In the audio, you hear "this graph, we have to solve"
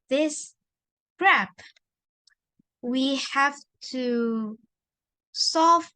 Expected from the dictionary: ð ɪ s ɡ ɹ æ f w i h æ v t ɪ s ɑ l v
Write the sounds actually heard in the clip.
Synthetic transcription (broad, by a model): ð ɪ s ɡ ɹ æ p w i h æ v t ɪ s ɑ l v